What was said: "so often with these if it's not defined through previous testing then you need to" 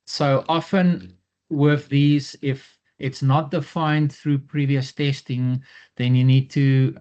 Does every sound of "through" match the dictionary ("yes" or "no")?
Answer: yes